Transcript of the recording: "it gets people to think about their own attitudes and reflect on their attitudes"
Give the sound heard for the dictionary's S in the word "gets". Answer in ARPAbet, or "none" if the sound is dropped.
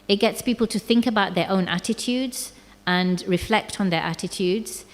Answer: S